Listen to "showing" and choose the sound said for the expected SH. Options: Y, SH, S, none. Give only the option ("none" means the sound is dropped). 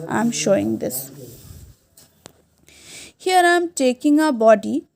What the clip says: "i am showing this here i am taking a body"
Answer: SH